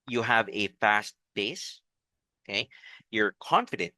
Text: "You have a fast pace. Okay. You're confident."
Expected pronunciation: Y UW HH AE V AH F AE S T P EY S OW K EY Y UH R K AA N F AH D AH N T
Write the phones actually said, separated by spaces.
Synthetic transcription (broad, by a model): Y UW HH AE V AH F AE S T B EY S OW K EY Y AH R K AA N F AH D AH N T